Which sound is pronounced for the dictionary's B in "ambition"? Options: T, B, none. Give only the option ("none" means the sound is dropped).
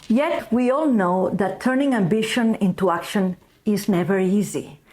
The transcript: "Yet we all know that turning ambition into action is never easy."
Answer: B